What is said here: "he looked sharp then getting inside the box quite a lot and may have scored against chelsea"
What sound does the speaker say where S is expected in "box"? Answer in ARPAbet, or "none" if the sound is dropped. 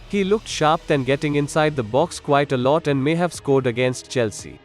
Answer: S